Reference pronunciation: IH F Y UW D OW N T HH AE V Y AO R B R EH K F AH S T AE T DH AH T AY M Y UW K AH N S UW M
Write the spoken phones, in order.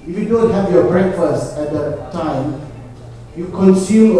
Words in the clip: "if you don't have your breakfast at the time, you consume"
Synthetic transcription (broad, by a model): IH F Y UW D OW N T HH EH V Y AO B R EH K F AH S T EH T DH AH T AY M Y UW K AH N S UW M